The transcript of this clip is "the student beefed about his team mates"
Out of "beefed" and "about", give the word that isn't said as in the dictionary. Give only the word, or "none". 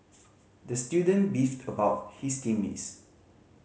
none